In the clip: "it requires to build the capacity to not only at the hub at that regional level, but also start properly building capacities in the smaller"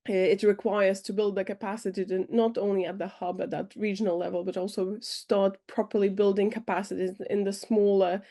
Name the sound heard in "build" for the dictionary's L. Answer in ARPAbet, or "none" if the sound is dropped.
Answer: L